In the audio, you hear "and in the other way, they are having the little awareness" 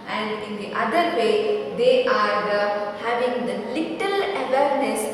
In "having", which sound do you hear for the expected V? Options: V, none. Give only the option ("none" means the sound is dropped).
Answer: V